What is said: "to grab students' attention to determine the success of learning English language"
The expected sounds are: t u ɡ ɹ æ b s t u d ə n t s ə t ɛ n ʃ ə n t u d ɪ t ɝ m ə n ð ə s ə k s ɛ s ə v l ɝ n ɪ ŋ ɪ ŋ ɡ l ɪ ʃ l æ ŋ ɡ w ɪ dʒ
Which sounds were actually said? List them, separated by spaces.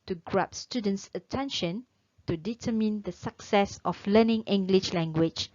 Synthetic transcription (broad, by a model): t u ɡ ɹ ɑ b s t u d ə n t s ə t ɛ n ʃ ə n t u d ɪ t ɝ m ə n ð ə s ə k s ɛ s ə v l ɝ n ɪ ŋ ɪ ŋ ɡ l ɪ ʃ l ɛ ŋ ɡ w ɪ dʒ